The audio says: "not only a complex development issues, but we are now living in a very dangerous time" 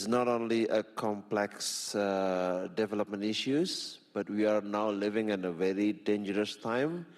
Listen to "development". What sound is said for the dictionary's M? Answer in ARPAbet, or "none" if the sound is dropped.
M